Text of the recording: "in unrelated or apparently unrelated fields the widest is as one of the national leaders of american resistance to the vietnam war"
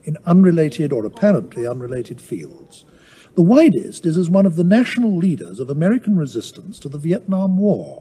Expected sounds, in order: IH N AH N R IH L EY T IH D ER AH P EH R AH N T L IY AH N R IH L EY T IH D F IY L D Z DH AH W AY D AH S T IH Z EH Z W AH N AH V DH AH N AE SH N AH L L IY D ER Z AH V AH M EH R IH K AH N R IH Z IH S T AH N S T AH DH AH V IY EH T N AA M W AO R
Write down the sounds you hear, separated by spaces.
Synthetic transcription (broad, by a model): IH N AH N R IH L EY T IH D ER AH P EH R AH N T L IY AH N R IH L EY T IH D F IY L D Z DH AH W AY D AH S T IH Z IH Z W AH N AH V DH AH N AE SH N L L IY D ER Z AH V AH M EH R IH K N R IH Z IH S T AH N S T AH DH AH V IY EH T N AA M W AO R